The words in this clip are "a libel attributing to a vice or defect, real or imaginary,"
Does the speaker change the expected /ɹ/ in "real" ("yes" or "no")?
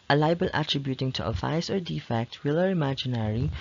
yes